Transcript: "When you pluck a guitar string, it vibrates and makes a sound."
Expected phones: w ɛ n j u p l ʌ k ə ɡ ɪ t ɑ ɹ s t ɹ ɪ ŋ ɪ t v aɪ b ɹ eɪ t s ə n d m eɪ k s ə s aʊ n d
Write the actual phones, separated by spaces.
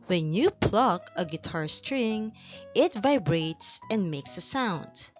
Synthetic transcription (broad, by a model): w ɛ n j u p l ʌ k ə ɡ ɪ t ɑ ɹ s t ɹ ɪ ŋ ɪ t v aɪ b ɹ eɪ t s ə n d m eɪ k s ə s aʊ n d